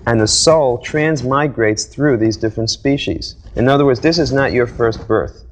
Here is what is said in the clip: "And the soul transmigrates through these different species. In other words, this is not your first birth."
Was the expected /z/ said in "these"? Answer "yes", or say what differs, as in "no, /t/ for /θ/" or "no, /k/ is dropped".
yes